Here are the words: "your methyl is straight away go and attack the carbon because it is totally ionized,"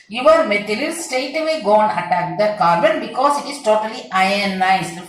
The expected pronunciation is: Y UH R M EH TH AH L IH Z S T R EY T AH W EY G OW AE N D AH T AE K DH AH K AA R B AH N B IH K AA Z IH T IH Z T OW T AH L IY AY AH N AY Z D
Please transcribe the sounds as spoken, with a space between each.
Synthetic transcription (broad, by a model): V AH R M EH T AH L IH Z S T EY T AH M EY G OW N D AH T AE K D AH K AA R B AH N B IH K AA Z IH T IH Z T OW T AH L IY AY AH N AY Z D